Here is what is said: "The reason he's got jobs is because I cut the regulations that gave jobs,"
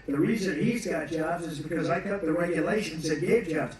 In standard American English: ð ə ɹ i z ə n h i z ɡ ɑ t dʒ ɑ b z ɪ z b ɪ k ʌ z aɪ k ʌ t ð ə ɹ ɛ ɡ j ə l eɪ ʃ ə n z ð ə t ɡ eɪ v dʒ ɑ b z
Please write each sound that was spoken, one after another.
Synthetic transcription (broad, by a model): ð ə ɹ i z ə n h i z ɡ ɑ t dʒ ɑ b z ɪ z b ɪ k ʌ z aɪ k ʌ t ð ə ɹ ɛ ɡ j ə l eɪ ʃ ə n z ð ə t ɡ eɪ v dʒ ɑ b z